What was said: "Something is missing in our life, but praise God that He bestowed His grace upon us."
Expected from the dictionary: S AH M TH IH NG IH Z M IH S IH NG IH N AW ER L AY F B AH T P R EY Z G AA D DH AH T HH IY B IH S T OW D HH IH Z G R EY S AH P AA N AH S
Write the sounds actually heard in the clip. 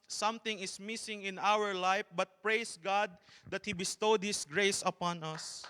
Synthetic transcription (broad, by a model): S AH M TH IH NG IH S M IH S IH NG IH N AW ER L AY F B AH T P R EY S G AA D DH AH T HH IY B IH S T OW D HH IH S G R EY S AH P AA N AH S